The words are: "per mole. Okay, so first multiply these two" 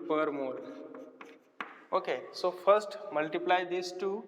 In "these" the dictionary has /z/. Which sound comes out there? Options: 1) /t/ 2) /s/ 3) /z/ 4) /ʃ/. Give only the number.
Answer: 2